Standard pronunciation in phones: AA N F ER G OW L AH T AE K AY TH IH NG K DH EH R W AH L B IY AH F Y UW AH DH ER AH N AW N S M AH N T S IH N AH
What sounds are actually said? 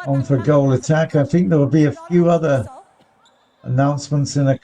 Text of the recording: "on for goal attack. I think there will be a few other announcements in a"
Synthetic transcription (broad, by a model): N F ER G OW L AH T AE K AY TH IH NG K DH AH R W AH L B IY AH F Y UW AH DH ER AH N AW N S M AH N T S IH N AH